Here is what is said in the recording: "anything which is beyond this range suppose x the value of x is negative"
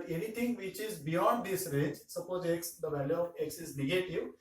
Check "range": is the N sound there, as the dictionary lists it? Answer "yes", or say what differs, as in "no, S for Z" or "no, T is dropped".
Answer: no, N is dropped